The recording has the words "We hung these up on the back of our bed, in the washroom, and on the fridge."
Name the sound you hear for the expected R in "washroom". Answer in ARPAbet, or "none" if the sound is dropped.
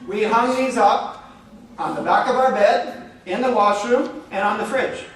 R